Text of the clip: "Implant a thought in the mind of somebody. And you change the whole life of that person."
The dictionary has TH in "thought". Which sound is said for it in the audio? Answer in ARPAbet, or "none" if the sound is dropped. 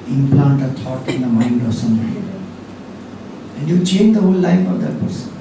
T